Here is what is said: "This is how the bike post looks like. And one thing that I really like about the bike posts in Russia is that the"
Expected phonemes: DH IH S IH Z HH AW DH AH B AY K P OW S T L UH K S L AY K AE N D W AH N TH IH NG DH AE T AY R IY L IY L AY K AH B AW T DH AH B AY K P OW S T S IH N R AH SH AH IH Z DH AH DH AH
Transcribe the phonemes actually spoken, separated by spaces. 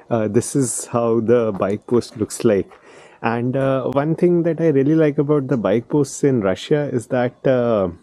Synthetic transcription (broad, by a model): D IH S IH Z HH AW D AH B AY K P OW S T L UH K S L AY K AE N D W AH N T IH NG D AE T AY R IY L IY L AY K AH B AW T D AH B AY K P OW S T S IH N R AH SH AH IH Z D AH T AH